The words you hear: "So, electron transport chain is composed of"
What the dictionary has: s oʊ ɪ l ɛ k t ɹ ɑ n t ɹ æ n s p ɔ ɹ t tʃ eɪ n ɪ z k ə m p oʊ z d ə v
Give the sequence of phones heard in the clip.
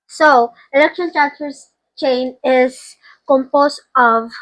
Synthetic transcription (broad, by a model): s oʊ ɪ l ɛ k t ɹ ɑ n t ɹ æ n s f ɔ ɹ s tʃ eɪ n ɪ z k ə m p oʊ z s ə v